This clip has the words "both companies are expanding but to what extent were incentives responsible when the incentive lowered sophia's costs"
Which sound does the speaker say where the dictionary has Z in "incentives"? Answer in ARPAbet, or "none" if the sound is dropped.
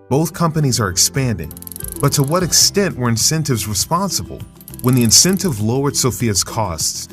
Z